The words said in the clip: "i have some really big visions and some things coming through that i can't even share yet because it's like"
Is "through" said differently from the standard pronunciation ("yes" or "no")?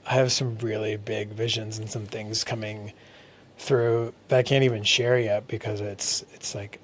no